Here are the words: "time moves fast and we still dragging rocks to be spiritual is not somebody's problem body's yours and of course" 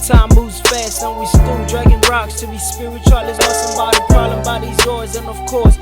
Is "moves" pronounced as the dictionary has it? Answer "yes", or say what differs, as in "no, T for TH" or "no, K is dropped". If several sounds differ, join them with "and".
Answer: no, V is dropped